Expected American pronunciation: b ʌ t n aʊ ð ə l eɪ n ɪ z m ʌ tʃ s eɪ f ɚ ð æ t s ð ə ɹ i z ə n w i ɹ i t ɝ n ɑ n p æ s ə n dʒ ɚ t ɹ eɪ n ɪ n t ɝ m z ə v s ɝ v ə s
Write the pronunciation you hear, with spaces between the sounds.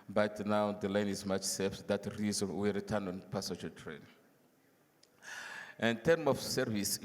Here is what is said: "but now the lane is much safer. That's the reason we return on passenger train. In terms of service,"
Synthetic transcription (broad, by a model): b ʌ t n aʊ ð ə l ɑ n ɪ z m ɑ tʃ s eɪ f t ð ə ɹ i z ə n w i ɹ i t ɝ n ɑ n p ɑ s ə dʒ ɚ t ɹ eɪ n ɪ n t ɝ m ə f s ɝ v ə s